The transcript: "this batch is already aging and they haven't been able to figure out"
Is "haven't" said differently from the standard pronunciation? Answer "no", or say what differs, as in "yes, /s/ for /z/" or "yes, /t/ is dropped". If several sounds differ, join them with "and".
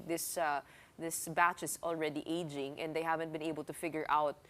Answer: no